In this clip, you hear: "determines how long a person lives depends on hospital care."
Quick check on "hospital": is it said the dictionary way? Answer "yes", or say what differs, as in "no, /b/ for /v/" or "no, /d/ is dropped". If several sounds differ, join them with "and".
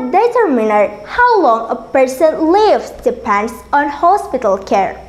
yes